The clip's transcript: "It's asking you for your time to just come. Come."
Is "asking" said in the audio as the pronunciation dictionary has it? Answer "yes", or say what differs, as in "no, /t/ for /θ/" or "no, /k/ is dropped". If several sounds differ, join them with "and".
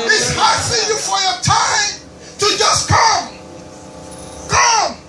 no, /k/ is dropped